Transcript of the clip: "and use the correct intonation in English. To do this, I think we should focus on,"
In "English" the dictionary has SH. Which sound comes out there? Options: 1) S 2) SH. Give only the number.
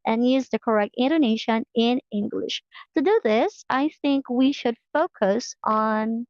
2